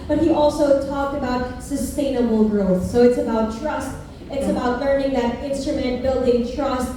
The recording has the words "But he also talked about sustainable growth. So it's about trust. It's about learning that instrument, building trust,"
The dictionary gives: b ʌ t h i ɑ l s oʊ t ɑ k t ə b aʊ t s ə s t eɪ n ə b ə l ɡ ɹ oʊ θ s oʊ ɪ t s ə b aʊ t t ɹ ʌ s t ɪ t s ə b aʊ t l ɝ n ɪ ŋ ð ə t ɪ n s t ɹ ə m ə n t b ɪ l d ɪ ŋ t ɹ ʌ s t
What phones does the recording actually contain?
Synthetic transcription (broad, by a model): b ʌ t h i ɑ l s oʊ t ɑ k t ə b aʊ t s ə s t eɪ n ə b l ɡ ɹ oʊ θ s oʊ ɪ t s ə b aʊ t t ɹ ʌ s t ɪ t s ə b aʊ t l ɝ n ɪ ŋ ð ə t ɪ n s t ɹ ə m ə n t b ɪ l d ɪ ŋ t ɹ ʌ s t